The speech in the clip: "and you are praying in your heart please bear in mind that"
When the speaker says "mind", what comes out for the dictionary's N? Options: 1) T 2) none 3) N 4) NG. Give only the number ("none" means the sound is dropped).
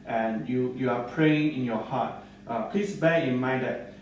2